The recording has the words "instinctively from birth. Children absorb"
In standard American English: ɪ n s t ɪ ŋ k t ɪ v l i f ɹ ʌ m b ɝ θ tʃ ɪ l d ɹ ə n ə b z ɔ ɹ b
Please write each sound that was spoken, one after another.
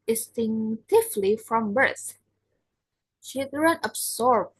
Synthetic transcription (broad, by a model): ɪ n s t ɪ ŋ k t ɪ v l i f ɹ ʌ m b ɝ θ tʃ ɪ d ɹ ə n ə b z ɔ ɹ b